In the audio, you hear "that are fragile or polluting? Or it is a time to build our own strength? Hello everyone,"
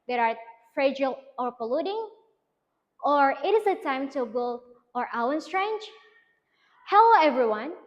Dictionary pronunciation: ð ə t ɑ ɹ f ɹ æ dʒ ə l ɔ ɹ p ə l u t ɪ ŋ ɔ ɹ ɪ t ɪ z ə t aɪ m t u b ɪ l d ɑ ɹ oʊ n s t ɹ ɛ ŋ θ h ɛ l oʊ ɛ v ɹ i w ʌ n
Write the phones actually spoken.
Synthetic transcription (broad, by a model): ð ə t ɑ ɹ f ɹ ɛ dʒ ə l ɔ ɹ p ə l u t ɪ ŋ ɔ ɹ ɪ t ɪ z ə t aɪ m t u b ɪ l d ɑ w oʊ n s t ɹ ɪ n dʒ h ɛ l oʊ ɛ v ɹ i w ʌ n